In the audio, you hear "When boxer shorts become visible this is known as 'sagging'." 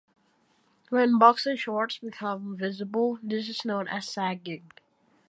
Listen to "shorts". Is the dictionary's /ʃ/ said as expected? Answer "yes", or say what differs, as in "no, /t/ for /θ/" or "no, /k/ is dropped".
yes